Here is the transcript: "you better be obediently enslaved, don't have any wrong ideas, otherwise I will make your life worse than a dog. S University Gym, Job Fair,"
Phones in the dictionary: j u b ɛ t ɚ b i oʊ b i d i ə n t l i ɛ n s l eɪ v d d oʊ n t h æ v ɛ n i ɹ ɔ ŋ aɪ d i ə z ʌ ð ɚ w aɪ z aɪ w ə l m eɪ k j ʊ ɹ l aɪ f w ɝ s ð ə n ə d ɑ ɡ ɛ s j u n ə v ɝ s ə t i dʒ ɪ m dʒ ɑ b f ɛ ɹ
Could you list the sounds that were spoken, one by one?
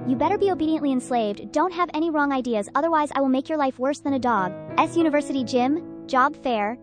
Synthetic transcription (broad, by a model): j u b ɛ t ɚ b i oʊ b i d i ə n t l i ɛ n s l eɪ v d d oʊ n t h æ v ɛ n i ɹ ɔ ŋ aɪ d i ə z ʌ ð ɚ w aɪ z aɪ w ə l m eɪ k j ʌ ɹ l aɪ f w ɝ s ð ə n ə d ɑ ɡ ɛ s j u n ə v ɝ s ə t i dʒ ɪ m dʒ ɑ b f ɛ ɹ